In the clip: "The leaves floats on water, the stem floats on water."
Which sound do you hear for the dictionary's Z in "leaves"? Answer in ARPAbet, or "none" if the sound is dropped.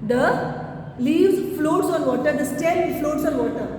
none